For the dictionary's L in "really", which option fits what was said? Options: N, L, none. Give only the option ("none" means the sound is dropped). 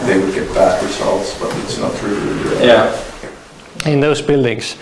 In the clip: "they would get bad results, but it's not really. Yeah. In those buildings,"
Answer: none